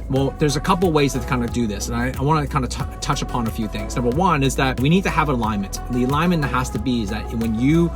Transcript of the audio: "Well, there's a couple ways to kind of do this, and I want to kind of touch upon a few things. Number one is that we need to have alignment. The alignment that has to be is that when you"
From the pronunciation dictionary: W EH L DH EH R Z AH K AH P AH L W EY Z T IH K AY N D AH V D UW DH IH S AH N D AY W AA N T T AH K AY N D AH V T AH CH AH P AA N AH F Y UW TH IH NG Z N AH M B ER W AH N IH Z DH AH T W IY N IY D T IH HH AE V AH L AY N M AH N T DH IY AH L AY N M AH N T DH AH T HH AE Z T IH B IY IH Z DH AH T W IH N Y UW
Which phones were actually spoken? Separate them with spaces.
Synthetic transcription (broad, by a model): W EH L DH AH R Z AH K AH P L W EY Z T IH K AY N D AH D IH DH IH S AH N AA AY W AA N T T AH K AY N D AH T T AH CH AH P AA N AH F Y UW TH IH NG Z N AH M B ER W AH N IH Z DH AH T W IY N IY D T IH V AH L AY M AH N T DH IY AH L AY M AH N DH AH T HH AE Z T IH B IY IH Z DH AH T W IH N Y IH